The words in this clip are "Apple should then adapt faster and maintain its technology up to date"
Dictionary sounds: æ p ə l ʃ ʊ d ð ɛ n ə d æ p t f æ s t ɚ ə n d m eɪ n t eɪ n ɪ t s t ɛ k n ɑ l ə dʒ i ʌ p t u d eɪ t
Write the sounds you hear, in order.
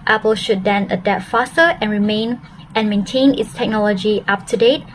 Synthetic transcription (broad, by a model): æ p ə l ʃ ʊ d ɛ n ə d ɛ t f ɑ s t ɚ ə n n m eɪ n t eɪ n ɪ t s t ɛ k n ɑ l ə dʒ i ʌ p t u d eɪ t